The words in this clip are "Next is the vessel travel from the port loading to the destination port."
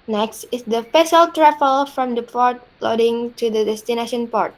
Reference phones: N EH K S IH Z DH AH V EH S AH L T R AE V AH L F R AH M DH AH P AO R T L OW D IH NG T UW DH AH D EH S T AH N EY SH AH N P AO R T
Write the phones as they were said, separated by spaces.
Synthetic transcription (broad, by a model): N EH K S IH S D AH F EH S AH L T R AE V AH L F R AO M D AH P AO R T L OW D IH NG T UW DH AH D EH S T AH N EY SH AH N P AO R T